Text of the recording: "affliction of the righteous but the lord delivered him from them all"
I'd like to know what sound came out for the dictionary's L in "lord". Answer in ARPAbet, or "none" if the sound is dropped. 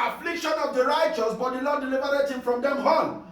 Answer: N